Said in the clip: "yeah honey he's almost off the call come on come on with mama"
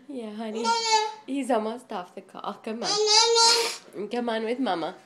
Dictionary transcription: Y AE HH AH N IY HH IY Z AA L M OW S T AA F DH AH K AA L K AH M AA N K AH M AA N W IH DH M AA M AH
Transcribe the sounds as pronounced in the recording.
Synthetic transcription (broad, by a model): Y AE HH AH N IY HH IY Z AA M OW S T AA F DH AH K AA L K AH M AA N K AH M AA N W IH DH M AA M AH